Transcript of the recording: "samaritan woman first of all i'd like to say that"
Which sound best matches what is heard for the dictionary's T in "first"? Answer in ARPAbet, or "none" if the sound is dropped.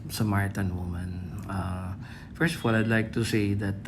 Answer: T